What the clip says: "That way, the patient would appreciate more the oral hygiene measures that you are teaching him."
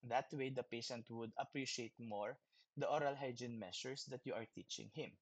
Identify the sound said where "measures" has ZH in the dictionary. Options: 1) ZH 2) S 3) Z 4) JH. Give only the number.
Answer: 2